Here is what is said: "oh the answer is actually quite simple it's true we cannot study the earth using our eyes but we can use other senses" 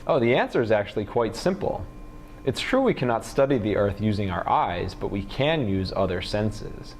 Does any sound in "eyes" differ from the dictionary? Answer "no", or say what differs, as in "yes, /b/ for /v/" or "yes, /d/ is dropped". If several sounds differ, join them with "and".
no